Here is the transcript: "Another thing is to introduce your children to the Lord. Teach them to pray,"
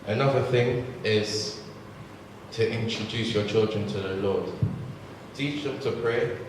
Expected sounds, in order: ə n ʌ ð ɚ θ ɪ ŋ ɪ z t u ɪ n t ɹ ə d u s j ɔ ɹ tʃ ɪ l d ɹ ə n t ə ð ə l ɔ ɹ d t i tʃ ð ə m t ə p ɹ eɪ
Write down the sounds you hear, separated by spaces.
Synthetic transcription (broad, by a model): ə n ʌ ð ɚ θ ɪ ŋ ɪ z t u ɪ n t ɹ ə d u s j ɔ tʃ ɪ l d ɹ ə n t ə ð ə l ɔ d t i tʃ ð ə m t ə p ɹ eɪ